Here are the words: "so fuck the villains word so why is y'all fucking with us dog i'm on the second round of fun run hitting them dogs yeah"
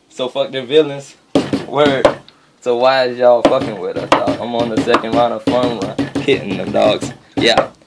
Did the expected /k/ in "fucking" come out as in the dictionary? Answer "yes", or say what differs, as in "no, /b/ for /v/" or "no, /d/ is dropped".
yes